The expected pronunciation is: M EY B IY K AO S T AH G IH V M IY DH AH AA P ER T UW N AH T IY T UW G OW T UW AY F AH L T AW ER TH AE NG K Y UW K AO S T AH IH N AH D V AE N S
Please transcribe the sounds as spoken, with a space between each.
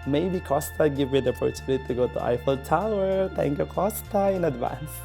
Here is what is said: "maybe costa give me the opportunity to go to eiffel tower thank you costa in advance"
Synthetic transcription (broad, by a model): M EY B IY K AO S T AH G IH V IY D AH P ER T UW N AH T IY T UW G OW T UW AY F AH L T AW ER T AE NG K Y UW K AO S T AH IH N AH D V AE N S